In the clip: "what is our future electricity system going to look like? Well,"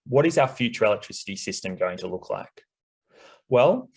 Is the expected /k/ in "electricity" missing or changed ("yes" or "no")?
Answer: no